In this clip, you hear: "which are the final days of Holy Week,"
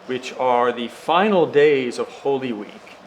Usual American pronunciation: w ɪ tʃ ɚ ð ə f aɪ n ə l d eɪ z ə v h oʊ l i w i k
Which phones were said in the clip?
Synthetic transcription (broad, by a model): w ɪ tʃ ɚ ð ə f aɪ n l d eɪ z ə v h oʊ l i w i k